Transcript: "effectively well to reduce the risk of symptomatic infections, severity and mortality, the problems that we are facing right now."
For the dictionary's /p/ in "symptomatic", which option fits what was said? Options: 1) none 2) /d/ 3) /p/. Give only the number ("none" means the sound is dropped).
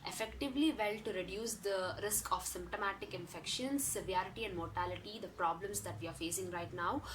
3